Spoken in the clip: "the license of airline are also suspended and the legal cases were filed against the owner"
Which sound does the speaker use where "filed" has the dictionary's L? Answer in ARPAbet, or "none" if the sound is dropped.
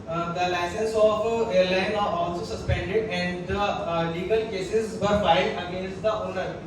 none